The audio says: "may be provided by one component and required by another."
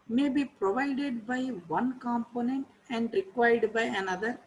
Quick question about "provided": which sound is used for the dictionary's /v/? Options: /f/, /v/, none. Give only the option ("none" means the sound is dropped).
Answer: /v/